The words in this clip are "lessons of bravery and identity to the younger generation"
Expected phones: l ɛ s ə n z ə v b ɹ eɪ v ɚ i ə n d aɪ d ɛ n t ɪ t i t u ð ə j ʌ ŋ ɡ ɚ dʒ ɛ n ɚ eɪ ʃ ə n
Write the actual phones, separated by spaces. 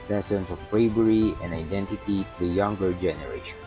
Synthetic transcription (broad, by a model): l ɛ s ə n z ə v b ɹ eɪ b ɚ i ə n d aɪ d ɛ n t ɪ t i t u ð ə j ʌ ŋ ɡ ɚ dʒ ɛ n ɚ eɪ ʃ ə n